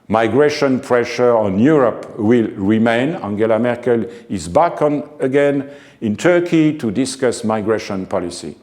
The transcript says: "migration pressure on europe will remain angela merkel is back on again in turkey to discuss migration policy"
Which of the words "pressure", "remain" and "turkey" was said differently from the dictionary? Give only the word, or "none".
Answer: none